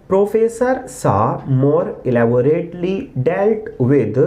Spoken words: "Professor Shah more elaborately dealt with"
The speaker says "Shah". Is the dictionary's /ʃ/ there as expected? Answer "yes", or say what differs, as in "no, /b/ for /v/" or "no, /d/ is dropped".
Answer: no, /s/ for /ʃ/